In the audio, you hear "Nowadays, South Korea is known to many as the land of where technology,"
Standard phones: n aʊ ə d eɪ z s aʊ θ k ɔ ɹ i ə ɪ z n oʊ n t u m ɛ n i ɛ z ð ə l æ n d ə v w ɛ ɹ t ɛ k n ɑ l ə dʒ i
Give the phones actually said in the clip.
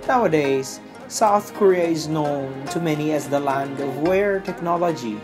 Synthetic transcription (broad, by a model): n aʊ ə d eɪ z s aʊ θ k ɔ ɹ i ə ɪ z n oʊ n t u m ɛ n i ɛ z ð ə l æ n d ə v w ɛ ɹ t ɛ k n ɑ l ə dʒ i